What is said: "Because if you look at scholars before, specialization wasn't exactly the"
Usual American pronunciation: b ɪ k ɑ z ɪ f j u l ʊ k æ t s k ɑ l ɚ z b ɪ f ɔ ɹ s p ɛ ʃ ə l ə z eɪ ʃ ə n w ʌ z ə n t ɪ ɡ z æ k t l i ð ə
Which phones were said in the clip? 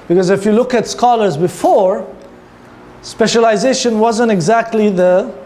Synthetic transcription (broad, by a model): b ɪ k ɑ z ɪ f j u l ʊ k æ t s k ɑ l ɚ z b ɪ f ɔ ɹ s p ɛ ʃ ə l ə z eɪ ʃ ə n w ʌ z ə n t ɪ ɡ z æ k t l i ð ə